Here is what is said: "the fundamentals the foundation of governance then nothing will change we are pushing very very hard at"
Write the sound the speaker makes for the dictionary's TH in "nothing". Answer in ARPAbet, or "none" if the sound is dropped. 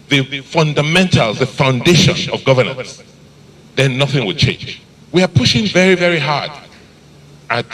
TH